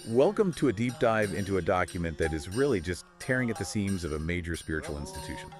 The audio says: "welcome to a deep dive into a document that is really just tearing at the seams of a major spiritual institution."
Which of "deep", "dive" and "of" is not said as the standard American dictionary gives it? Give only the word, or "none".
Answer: none